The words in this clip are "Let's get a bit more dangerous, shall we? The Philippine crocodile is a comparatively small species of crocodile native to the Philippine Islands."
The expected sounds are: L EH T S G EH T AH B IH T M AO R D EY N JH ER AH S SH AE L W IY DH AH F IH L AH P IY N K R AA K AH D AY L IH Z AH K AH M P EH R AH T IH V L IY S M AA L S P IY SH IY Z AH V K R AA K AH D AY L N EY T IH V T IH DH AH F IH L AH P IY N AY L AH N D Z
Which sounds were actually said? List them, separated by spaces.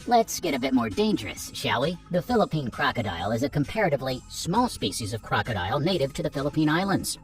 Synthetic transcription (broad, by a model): L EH T S G EH T AH B IH T M AO R D EY N JH ER AH S SH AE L IY DH AH F IH L AH P IY N K R AA K AH D AY L IH Z AH K AH M P EH R AH T IH V L IY S M AA L S P IY SH IY Z AH V K R AA K AH D AY L N EY T IH V T IH DH AH F IH L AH P IY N AY L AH N D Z